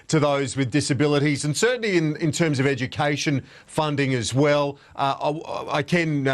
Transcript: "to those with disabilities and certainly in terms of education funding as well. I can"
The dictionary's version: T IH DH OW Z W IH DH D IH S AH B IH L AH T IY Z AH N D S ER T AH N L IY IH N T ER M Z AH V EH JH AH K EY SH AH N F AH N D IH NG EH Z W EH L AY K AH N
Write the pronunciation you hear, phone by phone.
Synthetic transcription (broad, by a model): T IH DH OW Z W IH DH D IH S AH B IH L AH T IY Z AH N S ER T N L IY IH N T ER M Z AH V EH JH AH K EY SH AH N F AH N D IH NG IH Z W EH L AY K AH N